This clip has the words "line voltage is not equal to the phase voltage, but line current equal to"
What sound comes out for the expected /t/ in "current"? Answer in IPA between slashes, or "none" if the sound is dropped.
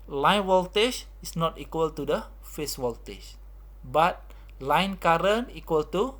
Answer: none